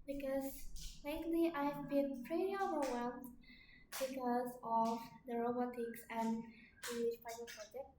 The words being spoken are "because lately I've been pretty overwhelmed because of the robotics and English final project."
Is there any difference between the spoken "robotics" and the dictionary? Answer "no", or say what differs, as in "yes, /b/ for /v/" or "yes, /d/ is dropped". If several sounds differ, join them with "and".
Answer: no